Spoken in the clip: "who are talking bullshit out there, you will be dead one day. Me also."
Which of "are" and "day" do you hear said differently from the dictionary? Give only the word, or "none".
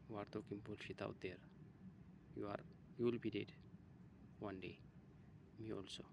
none